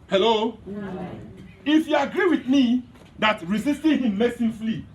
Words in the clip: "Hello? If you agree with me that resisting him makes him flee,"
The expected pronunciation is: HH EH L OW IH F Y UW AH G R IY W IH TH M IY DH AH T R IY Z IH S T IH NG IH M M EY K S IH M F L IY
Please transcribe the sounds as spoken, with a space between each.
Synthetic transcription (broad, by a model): HH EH L OW IH F Y UW AH G R IY W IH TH M IY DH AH T R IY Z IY S T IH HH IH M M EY S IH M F L IY